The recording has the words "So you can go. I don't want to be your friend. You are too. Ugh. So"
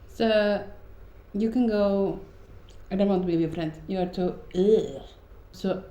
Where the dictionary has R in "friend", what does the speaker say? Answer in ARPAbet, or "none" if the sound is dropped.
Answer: R